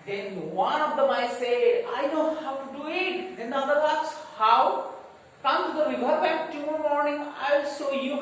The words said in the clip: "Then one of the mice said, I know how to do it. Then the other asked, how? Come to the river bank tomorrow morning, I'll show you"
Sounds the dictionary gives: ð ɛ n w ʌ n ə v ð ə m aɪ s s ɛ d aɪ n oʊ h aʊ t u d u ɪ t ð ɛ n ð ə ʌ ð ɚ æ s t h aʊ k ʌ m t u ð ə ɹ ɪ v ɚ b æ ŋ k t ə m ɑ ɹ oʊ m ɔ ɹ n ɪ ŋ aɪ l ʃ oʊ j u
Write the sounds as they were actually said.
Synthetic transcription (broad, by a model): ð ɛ n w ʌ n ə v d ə m aɪ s s ɛ d aɪ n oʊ h aʊ t u d u ɪ t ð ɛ n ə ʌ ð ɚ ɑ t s h aʊ k ʌ m t u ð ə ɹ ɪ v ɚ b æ k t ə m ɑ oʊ m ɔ ɹ n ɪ ŋ aɪ l s oʊ j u